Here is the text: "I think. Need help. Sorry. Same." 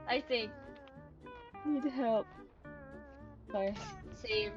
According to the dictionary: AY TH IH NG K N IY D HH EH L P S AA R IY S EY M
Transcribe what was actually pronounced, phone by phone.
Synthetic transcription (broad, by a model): AY TH IH NG K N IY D HH EH L P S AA IY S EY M